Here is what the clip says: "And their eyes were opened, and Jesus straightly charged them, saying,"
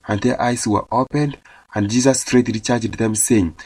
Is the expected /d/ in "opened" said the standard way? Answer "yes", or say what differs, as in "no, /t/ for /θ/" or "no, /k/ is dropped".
yes